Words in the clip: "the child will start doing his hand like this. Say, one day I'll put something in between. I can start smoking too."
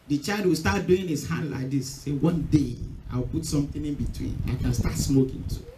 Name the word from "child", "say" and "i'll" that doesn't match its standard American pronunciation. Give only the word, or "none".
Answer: i'll